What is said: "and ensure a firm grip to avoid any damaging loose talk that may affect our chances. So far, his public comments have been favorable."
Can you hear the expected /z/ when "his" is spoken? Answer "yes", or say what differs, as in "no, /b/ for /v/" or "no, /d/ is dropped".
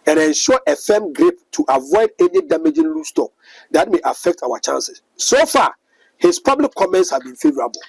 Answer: no, /s/ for /z/